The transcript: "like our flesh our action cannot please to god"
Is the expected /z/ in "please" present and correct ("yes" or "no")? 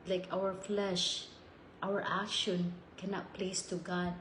no